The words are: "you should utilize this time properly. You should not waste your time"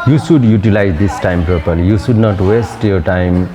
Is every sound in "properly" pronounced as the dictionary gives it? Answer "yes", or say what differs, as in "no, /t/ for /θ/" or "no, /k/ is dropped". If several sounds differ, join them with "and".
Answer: no, /ɹ/ is dropped